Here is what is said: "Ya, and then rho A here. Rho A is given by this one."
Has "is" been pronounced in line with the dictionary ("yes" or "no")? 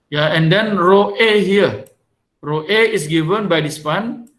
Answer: no